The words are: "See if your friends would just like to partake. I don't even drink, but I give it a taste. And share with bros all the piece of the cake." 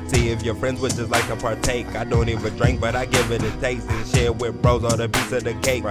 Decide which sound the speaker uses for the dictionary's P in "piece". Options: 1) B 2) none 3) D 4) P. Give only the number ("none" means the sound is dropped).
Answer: 1